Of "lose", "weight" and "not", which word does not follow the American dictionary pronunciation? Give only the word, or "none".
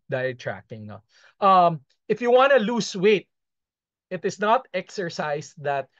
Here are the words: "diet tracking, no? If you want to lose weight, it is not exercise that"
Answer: lose